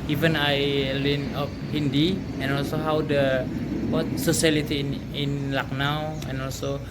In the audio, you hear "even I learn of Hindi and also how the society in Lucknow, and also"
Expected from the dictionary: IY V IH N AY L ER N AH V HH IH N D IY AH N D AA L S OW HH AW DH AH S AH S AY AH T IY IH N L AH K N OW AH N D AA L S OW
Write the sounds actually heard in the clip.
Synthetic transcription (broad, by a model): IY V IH N AY L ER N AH P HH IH N D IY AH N AA L S OW HH AW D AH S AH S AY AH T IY IH N L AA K N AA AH N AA L S OW